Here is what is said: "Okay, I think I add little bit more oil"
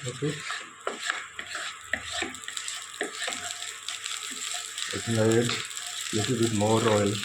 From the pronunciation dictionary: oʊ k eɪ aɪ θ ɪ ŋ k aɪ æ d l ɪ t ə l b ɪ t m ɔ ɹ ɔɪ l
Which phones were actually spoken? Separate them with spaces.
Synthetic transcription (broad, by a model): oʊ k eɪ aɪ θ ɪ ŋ aɪ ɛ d l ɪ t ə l b ɪ t m ɔ ɹ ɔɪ l